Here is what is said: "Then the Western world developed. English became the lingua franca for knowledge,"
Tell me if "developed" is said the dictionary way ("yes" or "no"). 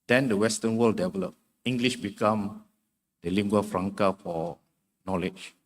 no